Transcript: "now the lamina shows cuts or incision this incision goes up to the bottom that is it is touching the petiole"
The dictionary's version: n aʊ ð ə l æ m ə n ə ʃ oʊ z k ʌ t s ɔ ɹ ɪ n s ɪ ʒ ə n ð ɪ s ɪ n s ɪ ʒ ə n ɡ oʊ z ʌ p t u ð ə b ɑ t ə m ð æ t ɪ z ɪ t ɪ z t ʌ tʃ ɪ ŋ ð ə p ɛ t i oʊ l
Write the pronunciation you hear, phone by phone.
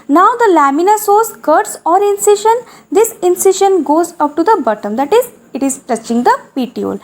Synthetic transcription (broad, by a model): n aʊ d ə l æ m ə n ə s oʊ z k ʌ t s ɔ ɹ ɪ n s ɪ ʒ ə n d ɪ s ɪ n s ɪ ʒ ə n ɡ oʊ z ʌ p t u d ə b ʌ t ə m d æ t ɪ z ɪ t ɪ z t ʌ tʃ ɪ ŋ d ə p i t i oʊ l